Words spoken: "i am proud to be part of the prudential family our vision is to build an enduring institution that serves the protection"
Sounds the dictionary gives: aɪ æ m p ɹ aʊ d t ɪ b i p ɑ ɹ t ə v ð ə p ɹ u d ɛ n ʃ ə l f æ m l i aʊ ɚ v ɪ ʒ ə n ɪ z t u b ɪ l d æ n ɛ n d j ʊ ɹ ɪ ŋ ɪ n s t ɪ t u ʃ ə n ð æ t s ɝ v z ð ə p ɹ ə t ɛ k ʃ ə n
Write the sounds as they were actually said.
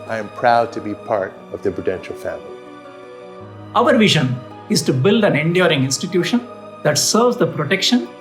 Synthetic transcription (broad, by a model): aɪ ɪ m p ɹ aʊ d t ɪ b i p ɑ ɹ t ə v ð ə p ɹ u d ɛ n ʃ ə l f æ m l i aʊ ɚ v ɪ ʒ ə n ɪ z t u b ɪ l d æ n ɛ n d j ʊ ɹ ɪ ŋ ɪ n s t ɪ t u ʃ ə n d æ t s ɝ v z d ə p ɹ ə t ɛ k ʃ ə n